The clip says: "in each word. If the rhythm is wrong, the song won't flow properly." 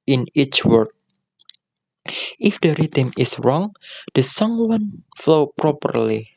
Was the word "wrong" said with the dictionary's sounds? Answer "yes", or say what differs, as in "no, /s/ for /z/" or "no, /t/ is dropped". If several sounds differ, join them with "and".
yes